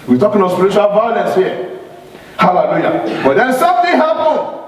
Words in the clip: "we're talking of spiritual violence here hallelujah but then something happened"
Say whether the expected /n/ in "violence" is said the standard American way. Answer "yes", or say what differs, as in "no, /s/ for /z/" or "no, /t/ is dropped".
no, /n/ is dropped